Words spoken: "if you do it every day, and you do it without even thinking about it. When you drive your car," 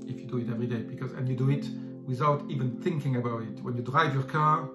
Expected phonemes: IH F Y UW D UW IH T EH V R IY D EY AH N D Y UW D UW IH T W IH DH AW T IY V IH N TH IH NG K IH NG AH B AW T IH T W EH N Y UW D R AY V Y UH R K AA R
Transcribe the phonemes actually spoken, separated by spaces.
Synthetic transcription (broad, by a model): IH F Y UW D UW IH T EH V R IY D EY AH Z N Y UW D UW IH T W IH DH AW T IY V IH N TH IH NG K IH NG AH B AW T IH T W EH N Y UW D R AY V Y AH R K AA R